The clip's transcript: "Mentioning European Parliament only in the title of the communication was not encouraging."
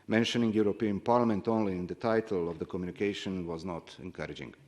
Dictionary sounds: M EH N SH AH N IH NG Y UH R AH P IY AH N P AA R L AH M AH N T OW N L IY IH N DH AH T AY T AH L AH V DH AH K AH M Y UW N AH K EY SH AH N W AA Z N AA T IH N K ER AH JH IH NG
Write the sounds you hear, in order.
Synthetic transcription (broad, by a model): M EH N SH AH N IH NG Y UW R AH P IY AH N P AA R L AH M AH N T OW N L IY IH N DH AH T AY T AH L AH V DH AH K AH M Y UW N AH K EY SH AH N W AA Z N AA T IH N K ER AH JH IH NG